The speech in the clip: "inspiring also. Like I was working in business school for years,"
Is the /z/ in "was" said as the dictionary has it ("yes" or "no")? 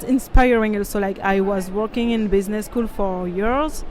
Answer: yes